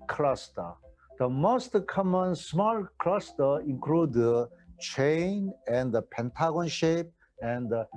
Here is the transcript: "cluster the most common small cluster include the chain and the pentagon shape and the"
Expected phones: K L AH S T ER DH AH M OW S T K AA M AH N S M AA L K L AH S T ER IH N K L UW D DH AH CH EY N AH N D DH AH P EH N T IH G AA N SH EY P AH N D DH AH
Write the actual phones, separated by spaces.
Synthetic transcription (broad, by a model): K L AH S T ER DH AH M OW S T K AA M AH N S M AA L K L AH S T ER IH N K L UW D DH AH CH EY N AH N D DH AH P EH N T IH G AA N SH EY P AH N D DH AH